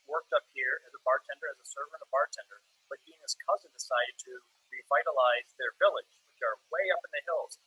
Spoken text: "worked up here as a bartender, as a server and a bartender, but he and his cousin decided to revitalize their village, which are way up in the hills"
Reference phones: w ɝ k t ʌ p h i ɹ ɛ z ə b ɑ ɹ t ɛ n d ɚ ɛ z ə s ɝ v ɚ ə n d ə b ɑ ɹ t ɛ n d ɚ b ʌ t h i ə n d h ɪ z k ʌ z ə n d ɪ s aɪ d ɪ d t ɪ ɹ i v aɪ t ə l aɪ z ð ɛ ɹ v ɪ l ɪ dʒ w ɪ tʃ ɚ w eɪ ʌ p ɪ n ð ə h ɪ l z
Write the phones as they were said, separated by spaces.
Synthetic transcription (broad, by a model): w ɝ k t ʌ p h i ɹ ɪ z ə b ɑ ɹ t ɛ n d ɚ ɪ z ə s ɝ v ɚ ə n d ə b ɑ ɹ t ɛ n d ɚ b ʌ t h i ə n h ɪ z k ʌ z ə n d ɪ s aɪ d ɪ d t ɪ ɹ i v aɪ t ə l aɪ z ð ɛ ɹ v ɪ l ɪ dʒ w ɪ tʃ ɚ w eɪ ʌ p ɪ n ð ə h ɪ l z